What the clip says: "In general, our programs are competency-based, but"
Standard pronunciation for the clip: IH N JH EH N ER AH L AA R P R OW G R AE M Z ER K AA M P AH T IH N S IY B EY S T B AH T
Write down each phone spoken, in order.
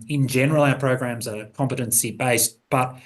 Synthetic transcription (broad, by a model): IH N JH EH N ER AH L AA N P R OW G R AE M Z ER K AA M P AH T IH N S IY B EY S T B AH T